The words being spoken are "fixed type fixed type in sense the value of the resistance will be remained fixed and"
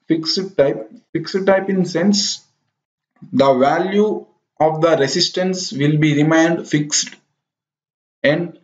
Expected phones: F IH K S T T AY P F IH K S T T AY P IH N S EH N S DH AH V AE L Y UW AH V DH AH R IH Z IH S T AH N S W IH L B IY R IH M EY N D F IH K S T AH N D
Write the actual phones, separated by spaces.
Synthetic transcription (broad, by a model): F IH K S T T AY P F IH K S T T AY P IH N S EH N S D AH V AE L Y UW AH V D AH R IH S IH S T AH N S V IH L B IY R IH M EY N D F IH K S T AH N D